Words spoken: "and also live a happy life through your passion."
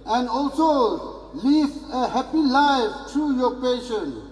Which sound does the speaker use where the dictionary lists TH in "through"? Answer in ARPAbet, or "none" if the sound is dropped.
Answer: T